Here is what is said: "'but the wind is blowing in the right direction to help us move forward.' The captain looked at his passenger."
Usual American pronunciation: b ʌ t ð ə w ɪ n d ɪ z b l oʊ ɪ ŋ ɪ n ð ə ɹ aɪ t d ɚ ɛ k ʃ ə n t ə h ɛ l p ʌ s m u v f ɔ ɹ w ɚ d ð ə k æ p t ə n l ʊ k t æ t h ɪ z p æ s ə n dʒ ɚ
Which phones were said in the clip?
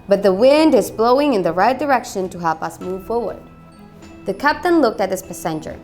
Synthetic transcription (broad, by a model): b ʌ t ð ə w ɪ n d ɪ z b l oʊ ɪ ŋ ɪ n ð ə ɹ aɪ t d ɚ ɛ k ʃ ə n t ə h ɛ l p ʌ s m u v f ɔ ɹ w ɚ d ð ə k æ p t ə n l ʊ k t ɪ t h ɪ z p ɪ s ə n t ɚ